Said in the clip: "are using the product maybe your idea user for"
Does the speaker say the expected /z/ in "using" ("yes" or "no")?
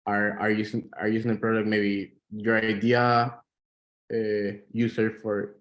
no